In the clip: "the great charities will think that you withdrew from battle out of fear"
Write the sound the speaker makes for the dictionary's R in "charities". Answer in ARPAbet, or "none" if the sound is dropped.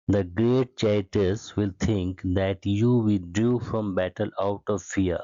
none